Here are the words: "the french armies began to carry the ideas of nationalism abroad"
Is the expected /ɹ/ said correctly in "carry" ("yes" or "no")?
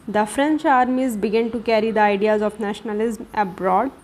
yes